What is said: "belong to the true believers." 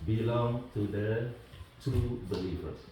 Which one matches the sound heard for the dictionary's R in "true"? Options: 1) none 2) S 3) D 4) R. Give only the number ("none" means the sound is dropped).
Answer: 1